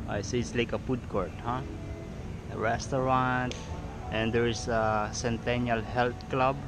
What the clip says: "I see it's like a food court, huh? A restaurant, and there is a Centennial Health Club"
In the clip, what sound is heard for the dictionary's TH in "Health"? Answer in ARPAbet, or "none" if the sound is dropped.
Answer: T